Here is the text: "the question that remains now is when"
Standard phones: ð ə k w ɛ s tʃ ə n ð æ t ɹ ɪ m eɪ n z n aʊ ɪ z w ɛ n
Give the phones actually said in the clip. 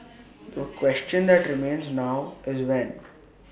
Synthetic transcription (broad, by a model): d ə k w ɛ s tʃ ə n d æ t ɹ ɪ m eɪ n z n aʊ ɪ z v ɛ n